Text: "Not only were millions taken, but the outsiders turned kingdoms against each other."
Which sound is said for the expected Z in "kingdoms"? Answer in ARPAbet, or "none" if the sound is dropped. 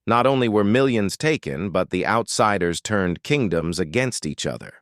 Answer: Z